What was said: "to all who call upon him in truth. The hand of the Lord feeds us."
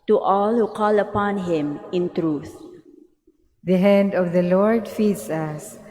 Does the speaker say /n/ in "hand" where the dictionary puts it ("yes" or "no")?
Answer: yes